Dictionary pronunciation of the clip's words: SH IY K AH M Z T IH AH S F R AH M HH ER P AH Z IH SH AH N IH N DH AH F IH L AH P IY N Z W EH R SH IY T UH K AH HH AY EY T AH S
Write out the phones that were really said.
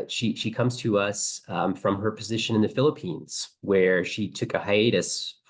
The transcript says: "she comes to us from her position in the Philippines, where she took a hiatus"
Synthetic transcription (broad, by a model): SH IY K AH M Z T IH AH S F R AH M ER P AH Z IH SH AH N IH N DH AH F IH L AH P IY N Z W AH R SH IY T UH K AH HH AY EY T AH S